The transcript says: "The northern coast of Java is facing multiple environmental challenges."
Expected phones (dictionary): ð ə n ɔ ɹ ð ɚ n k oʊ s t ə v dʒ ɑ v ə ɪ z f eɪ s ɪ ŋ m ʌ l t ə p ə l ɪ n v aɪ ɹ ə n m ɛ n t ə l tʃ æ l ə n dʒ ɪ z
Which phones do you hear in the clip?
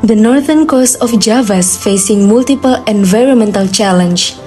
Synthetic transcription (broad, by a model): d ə n ɔ ɹ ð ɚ n k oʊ s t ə f dʒ ɑ v ə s f eɪ s ɪ ŋ m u l t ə p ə l ɪ n v aɪ ɹ ə n m ɛ n t ə l tʃ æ l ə n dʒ